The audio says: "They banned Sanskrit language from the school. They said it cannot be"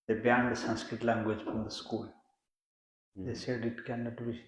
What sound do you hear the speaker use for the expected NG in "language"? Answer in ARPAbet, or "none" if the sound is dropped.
NG